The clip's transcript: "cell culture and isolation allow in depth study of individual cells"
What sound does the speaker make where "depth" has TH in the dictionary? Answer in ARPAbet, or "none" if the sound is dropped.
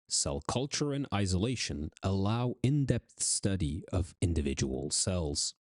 TH